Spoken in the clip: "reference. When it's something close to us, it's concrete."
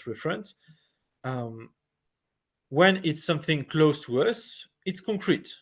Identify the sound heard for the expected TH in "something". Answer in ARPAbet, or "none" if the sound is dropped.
TH